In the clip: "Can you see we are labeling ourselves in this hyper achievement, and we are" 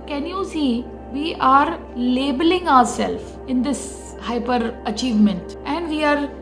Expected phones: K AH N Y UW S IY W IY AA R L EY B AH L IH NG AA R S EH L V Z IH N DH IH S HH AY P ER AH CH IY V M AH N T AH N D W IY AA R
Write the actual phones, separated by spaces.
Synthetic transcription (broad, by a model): K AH N Y UW S IY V IY AA R L EY B AH L IH NG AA R S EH L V IH N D IH S HH AY P ER AH CH IY V M AH N T AH N D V IY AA R